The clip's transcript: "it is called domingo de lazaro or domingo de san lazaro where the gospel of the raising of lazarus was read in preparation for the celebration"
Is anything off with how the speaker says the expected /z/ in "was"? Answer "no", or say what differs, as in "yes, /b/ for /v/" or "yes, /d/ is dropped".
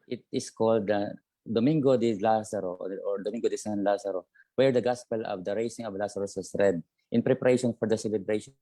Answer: yes, /s/ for /z/